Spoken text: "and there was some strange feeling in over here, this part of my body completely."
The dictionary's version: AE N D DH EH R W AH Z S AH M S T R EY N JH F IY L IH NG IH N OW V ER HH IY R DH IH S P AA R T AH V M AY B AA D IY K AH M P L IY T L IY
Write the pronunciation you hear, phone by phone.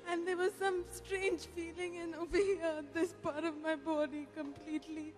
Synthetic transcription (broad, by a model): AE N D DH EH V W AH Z S AH M S T R EY N JH F IY L IH NG IH N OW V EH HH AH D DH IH S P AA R T AH V M AY B AA D IY K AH M P L IY T L IY